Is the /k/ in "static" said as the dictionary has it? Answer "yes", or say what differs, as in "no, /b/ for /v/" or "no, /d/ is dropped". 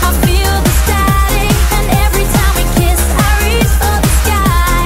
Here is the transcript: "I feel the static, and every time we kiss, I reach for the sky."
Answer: no, /k/ is dropped